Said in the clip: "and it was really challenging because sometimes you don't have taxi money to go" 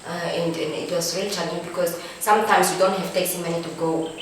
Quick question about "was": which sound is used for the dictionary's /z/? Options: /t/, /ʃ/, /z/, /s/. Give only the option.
/s/